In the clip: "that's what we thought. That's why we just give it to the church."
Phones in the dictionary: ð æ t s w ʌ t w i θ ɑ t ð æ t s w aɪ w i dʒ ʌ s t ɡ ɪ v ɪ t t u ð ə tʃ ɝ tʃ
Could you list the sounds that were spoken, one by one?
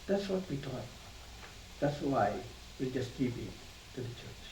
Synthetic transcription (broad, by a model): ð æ t s w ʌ t w i t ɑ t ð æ t s w aɪ w i dʒ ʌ s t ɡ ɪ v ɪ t t u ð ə tʃ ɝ tʃ